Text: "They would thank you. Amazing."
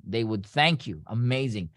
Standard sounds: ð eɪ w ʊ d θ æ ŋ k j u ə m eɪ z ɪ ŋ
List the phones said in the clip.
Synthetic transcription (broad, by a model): ð eɪ w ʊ d θ æ ŋ k j u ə m eɪ z ɪ ŋ